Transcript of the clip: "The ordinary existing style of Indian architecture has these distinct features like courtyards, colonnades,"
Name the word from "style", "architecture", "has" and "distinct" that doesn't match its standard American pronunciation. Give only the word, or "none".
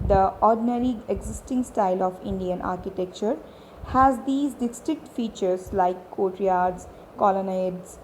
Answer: distinct